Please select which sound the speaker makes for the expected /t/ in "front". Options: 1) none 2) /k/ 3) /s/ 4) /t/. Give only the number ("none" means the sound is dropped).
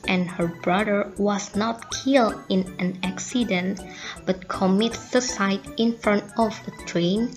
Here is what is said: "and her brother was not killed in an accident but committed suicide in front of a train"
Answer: 4